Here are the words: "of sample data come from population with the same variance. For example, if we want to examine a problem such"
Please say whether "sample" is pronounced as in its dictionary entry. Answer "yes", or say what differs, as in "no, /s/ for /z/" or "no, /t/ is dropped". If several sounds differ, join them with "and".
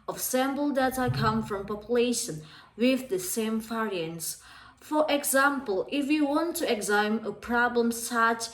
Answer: no, /b/ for /p/